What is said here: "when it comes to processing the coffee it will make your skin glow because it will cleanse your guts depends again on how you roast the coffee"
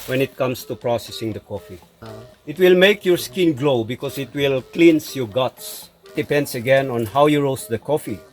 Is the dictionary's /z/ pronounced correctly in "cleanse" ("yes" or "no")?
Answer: no